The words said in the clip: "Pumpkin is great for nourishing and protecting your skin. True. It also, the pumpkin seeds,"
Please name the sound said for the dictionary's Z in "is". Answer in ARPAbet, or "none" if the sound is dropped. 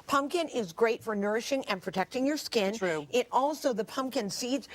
Z